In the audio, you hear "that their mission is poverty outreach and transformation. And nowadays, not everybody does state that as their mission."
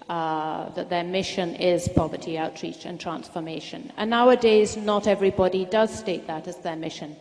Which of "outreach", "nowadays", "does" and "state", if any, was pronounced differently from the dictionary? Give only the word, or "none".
none